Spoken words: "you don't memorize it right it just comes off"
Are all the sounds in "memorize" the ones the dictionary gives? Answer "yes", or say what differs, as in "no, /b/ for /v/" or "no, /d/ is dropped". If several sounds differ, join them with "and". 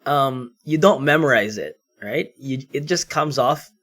yes